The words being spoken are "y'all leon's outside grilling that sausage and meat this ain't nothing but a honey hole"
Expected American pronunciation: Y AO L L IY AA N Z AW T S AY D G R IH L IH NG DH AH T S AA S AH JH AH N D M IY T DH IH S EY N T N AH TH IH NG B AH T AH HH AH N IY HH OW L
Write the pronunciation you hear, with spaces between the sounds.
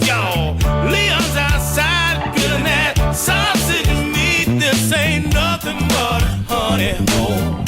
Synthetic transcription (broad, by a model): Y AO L L IY AA N Z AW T S AY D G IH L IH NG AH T S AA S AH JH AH N IY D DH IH S EY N N AH TH IH NG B AH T HH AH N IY HH OW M